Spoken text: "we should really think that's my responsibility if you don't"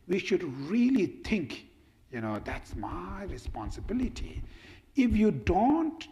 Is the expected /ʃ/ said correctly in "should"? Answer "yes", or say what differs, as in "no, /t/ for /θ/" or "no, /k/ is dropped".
yes